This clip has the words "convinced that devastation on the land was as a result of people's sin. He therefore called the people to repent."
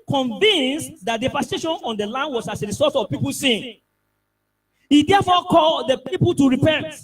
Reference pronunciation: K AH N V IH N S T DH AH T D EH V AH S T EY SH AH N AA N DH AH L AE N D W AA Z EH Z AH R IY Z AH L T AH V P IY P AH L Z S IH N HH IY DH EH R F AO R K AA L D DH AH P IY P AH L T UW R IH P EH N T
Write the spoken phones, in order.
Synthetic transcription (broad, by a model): K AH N V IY N S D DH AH T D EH P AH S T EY SH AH N AA N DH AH L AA N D W AA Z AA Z AH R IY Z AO T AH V P IY P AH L S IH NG HH IY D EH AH F AO K AA L D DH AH P IY P AH L T UW R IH P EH N T